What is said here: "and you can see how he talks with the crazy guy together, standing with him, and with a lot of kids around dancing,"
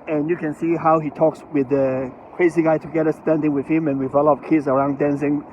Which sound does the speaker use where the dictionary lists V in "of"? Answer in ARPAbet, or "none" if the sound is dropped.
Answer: P